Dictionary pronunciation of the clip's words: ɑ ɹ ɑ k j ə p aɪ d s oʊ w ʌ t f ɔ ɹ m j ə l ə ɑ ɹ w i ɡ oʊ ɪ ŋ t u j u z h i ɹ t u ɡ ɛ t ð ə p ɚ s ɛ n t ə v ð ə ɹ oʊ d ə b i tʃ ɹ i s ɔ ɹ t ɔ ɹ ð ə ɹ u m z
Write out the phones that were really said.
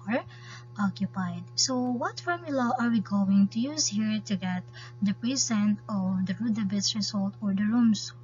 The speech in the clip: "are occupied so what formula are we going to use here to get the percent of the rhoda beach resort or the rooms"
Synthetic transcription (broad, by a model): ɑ ɹ ɑ k j ə p aɪ d s oʊ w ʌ t f ɔ ɹ m j ə l ə ɑ ɹ w i ɡ oʊ ɪ ŋ t u j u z h i ɹ t u ɡ ɛ t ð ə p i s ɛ n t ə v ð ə ɹ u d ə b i s ɹ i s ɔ l t ɔ ɹ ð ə ɹ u m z